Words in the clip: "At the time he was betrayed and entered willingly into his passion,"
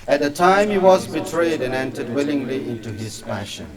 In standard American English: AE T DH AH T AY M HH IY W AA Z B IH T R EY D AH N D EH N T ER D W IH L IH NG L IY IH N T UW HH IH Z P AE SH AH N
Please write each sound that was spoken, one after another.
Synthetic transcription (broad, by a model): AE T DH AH T AY M HH IY W AA Z B IH T R EY D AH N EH N T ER D W IH L IH NG L IY IH N T UW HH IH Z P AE SH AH N